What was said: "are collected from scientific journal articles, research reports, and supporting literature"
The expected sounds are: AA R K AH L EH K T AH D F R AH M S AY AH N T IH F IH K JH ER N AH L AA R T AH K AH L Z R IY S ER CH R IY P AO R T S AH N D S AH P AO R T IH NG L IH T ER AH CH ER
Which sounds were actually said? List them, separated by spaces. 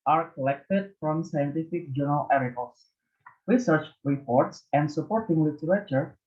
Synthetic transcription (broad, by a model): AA R K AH L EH K T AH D F R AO M S AY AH N T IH F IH K JH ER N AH L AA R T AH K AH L S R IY S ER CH R IY P AO R T S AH N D S AH P AO R T IH NG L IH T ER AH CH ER